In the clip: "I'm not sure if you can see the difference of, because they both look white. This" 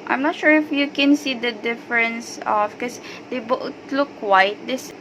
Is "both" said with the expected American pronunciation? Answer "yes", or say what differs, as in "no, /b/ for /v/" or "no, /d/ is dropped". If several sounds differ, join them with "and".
no, /t/ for /θ/